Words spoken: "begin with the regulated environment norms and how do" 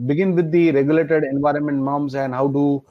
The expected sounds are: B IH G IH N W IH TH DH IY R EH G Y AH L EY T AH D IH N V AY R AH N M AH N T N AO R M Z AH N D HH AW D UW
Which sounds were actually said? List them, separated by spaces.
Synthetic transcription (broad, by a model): B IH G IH N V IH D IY R EH G Y AH L EY T AH D IH N V AY R AH N M AH N T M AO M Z AH N D HH AW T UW